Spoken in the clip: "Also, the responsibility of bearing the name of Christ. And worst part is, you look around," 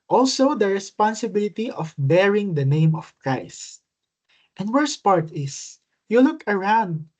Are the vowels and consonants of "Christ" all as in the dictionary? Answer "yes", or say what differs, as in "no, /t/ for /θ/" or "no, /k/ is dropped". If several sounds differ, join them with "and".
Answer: yes